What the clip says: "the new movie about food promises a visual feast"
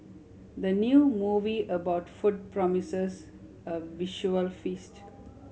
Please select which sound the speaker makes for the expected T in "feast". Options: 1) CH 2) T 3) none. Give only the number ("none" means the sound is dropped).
2